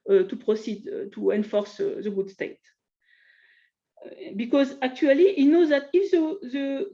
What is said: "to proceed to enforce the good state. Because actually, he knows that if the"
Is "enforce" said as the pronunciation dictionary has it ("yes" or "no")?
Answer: yes